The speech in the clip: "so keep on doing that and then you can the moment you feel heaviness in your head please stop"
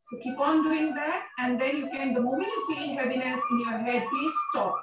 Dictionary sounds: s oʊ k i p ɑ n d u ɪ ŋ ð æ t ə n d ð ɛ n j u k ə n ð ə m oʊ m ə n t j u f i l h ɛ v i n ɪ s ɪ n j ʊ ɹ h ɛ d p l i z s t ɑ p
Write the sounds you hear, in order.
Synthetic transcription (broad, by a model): s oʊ k i p ɑ n d u ɪ ŋ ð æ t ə n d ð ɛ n j u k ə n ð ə m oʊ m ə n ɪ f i n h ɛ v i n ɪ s ɪ n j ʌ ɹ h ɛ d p i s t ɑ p